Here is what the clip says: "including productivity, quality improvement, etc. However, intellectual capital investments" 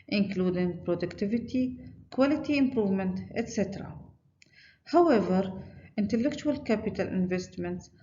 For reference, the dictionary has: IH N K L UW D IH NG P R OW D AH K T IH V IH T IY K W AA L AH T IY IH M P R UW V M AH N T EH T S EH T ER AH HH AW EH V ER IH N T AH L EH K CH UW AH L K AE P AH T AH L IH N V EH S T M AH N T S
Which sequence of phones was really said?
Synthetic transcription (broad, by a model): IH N K L UW D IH NG P R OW D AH K T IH V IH T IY K W AA L AH T IY IH M P R UW V M AH N T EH T S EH T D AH HH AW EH V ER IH N T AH L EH K CH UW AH L K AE P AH T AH L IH N V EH S T M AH N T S